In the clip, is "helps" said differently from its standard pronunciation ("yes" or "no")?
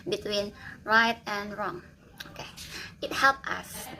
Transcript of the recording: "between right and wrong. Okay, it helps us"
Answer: yes